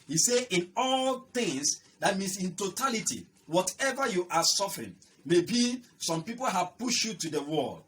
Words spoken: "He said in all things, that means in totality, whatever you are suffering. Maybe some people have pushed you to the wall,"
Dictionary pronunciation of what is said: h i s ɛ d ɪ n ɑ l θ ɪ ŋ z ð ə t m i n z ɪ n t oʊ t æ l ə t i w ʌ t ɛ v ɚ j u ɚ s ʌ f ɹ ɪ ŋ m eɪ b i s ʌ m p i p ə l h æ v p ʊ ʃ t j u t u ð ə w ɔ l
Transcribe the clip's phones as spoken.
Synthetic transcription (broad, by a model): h i s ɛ ɪ n ɑ l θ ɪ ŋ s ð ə t m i n s ɪ n t oʊ t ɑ l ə t i w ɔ t ɛ v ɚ j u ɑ s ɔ f ɹ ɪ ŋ m eɪ b i s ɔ m p i p ə l h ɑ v p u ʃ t j u t u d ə w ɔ l